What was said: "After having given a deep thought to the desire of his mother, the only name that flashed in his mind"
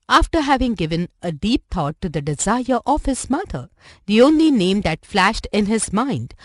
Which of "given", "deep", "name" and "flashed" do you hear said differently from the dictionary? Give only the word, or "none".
none